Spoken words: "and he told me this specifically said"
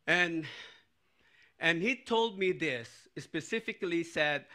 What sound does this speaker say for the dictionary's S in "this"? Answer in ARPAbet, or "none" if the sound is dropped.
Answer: S